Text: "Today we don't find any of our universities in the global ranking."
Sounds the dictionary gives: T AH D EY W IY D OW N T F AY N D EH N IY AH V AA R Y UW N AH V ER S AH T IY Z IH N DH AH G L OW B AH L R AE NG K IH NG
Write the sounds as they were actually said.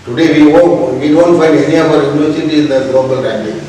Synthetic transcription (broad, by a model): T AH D EY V IY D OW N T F AY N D EH N IY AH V AA R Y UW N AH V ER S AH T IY IH N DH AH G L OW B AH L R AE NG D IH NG